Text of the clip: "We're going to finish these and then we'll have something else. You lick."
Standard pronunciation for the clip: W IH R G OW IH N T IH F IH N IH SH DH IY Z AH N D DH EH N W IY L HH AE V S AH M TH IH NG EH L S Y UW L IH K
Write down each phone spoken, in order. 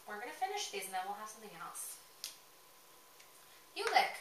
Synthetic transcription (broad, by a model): W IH R G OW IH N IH F IH N IH SH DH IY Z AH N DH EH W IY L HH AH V S AH M TH IH NG EH L S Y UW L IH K